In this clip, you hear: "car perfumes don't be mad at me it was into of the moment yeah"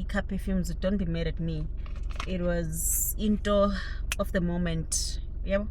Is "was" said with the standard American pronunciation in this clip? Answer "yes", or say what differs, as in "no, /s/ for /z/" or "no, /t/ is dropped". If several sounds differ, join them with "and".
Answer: yes